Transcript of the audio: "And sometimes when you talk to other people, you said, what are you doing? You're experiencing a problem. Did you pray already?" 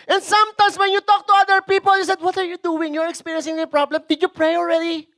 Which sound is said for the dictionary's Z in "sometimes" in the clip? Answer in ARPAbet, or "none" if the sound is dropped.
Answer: S